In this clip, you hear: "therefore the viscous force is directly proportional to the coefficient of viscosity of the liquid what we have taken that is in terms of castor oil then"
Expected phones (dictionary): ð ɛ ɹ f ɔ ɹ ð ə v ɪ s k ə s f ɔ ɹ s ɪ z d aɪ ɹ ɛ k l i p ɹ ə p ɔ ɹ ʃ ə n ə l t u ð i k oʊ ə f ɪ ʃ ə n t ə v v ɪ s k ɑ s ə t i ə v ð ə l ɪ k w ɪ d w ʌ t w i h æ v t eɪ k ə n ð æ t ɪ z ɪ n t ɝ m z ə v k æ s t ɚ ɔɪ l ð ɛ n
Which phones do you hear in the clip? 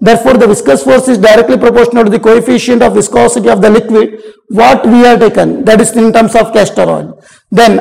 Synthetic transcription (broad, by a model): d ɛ ɹ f ɔ ɹ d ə v ɪ s k ə s f ɔ ɹ s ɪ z d aɪ ɹ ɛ k l i p ɹ ə p ɔ ɹ ʃ ə n ə l t u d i k oʊ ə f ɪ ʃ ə n t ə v v ɪ s k ɑ s ə t i ə v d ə l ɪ k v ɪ d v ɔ t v i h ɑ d t eɪ k ə n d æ t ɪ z ɪ n t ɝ m s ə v k æ s t ɚ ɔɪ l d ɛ n